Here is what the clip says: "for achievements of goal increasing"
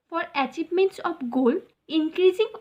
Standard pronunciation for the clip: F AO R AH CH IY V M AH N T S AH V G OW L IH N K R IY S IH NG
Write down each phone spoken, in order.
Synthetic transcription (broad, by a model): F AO R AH CH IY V M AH N T S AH P G OW L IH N K R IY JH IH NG